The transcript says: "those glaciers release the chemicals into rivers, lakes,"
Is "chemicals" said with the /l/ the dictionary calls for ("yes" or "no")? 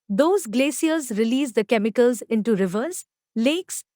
yes